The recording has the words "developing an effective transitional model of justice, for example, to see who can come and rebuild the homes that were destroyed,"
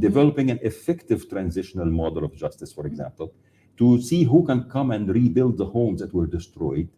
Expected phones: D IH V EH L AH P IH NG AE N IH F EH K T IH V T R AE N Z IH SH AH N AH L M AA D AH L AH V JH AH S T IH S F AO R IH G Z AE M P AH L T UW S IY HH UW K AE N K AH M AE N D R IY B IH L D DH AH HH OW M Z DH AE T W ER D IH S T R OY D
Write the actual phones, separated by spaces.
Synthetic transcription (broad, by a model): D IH V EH L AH P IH NG AE N IH F EH K T IH V T R AE N Z IH SH AH N AH L M AA D AH L AH V JH AH S T IH S F AO R IH G Z AE M P AH L T UW S IY HH UW K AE N K AH M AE N D R IY B IH L D DH AH HH OW M Z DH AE T W ER D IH S T R OY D